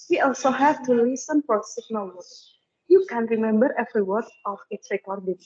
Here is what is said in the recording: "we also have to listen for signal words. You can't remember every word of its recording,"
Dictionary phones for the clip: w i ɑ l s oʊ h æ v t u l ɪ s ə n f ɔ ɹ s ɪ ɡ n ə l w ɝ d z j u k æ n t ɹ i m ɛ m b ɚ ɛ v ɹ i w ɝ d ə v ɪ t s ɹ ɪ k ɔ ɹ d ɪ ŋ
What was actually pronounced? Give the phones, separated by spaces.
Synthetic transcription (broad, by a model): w i ɑ l s oʊ h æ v t u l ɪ s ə n f ɔ ɹ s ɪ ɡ n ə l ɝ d j u k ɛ n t ɹ i m ɛ m b ɚ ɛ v ɹ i w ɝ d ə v ɪ t s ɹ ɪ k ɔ ɹ d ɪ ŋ